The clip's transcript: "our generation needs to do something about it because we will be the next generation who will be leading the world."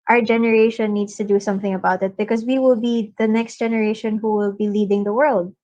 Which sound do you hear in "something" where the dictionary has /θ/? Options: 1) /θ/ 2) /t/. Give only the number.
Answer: 1